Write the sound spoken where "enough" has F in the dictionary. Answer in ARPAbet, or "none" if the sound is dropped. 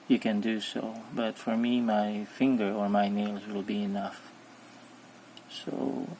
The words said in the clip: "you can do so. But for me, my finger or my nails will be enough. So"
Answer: F